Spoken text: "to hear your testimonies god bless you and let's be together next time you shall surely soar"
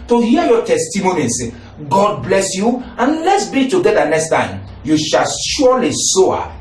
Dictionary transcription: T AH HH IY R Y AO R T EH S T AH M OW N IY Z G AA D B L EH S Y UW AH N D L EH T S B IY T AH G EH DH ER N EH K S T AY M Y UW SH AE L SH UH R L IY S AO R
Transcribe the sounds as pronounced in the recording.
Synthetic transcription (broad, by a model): T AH HH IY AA Y AO T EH S T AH M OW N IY S G AA D B L EH S Y UW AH N L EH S B IY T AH G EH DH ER N EH K S T AY M Y UW SH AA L SH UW L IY S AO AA